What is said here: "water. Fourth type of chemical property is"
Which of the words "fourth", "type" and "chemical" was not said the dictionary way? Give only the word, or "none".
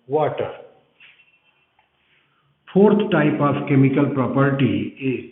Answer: fourth